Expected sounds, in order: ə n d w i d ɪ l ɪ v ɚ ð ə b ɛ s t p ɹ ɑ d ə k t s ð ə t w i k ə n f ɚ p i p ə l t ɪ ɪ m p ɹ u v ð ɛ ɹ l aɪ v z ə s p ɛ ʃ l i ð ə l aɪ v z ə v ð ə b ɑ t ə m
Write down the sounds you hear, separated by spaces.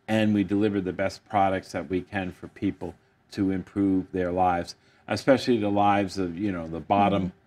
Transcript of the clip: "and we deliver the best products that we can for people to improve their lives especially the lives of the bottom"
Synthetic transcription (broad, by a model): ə n w i d ɪ l ɪ v ɚ ð ə b ɛ s p ɹ ɑ d ə k t s ð ə t w i k ə n f ɚ p i p l t ɪ ɪ m p ɹ u v ð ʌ ɹ l aɪ v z ə s p ɛ ʃ l i ð ə l aɪ v z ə v ð ə b ɑ t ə m